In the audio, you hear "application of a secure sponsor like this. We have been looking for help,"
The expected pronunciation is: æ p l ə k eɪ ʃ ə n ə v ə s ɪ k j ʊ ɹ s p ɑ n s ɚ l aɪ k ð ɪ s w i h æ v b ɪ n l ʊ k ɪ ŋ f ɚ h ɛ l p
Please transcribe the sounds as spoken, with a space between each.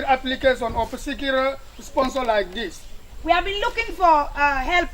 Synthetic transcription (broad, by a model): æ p l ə k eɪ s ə n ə p ə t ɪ k j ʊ l s p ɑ n s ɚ l aɪ k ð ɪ s w i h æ v b ɪ n l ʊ k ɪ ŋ f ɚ h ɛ l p